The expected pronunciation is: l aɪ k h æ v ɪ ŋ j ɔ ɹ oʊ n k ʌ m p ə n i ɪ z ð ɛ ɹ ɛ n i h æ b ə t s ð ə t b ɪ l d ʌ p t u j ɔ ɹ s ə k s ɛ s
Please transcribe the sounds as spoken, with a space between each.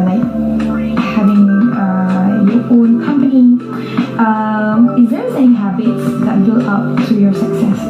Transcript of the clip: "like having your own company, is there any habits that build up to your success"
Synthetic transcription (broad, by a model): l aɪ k h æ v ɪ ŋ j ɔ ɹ oʊ n k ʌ m p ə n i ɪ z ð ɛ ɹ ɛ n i h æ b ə t s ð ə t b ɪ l ʌ p t u j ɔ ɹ s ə k s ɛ s